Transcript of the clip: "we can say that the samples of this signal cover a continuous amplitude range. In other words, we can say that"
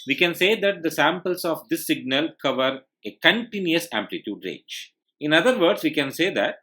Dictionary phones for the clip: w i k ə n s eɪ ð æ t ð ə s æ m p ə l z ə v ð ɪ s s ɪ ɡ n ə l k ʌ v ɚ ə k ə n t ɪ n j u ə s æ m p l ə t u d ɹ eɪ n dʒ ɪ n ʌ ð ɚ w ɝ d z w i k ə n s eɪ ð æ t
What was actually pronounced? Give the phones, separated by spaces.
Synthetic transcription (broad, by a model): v i k ə n s eɪ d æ t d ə s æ m p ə l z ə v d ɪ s s ɪ ɡ n ə l k ʌ v ɚ ə k ə n t ɪ n j u ə s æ m p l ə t u d ɹ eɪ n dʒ ɪ n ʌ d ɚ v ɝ d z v i k ə n s eɪ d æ t